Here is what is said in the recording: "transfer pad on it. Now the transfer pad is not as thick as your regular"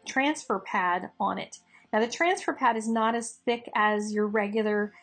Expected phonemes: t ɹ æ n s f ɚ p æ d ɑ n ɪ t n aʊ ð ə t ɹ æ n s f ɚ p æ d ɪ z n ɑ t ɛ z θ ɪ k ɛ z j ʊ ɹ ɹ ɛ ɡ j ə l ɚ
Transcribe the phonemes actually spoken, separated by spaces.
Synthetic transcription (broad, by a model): t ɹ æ n s f ɚ p æ d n ɪ t n aʊ ð ə t ɹ æ n s f ɚ p æ d ɪ z n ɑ t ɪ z θ ɪ k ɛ z j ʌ ɹ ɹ ɛ ɡ j l ɚ